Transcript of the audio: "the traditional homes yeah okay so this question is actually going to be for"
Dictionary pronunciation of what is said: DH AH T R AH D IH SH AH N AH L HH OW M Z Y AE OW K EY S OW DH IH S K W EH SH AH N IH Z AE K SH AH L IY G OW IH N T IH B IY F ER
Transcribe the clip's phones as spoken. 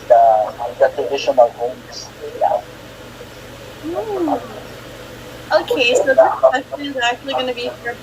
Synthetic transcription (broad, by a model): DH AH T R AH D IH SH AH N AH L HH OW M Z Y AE OW K EY S OW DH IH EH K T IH AH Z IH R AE K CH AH L IY G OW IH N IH B IY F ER